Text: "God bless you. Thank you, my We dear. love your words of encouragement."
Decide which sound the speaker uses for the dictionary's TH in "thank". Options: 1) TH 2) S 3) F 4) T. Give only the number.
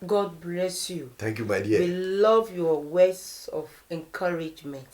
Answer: 4